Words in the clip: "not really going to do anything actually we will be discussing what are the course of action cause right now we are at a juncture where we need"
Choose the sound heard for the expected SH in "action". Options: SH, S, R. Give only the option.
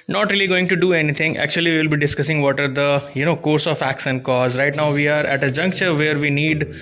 S